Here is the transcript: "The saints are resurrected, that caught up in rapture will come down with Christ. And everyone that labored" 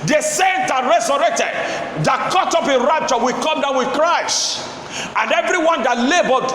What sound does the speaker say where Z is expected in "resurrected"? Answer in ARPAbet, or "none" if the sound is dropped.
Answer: S